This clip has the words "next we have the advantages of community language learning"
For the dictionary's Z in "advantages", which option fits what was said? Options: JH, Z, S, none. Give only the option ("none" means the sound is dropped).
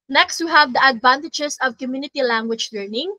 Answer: S